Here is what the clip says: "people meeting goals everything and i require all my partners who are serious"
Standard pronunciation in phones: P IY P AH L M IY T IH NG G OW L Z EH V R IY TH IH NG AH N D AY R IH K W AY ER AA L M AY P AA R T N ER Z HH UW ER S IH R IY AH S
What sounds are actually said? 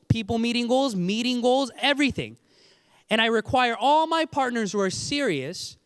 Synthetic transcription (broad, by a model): P IY P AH L M IY T IH NG G OW L Z EH V R IY TH IH NG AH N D AY R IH K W AY ER AA L M AY P AA R T N ER Z HH UW ER S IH R IY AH S